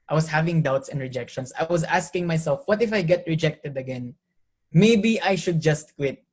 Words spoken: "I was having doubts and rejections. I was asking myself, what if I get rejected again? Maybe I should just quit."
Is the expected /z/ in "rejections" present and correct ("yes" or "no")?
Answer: no